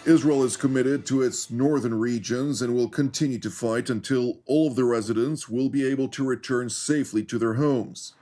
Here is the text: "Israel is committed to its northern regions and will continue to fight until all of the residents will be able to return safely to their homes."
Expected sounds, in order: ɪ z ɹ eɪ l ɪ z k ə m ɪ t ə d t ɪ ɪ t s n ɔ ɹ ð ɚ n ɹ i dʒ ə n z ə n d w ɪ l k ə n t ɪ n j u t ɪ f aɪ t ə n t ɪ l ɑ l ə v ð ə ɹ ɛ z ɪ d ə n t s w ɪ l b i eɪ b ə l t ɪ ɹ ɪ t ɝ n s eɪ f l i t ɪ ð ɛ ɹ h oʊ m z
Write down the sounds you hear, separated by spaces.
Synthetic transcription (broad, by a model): ɪ z ɹ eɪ l ɪ z k ə m ɪ t ə d t ɪ ɪ t s n ɔ ɹ ð ɚ n ɹ i dʒ ə n z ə n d w ɪ l k ə n t ɪ n j u t ɪ f aɪ t ə n t ɪ l ɑ l ə v ð ə ɹ ɛ z ɪ d ə n t s w ɪ l b i eɪ b ə l t ɪ ɹ ɪ t ɝ n s eɪ f l i t ɪ ð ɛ ɹ h oʊ m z